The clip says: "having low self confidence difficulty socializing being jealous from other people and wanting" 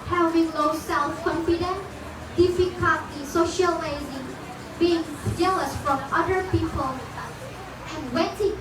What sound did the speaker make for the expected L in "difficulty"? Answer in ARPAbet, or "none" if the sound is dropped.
none